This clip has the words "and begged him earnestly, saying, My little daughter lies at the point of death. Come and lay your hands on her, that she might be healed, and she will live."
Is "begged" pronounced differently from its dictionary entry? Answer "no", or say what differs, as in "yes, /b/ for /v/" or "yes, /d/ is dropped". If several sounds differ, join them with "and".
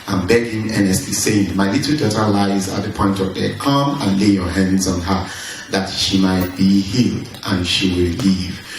yes, /d/ is dropped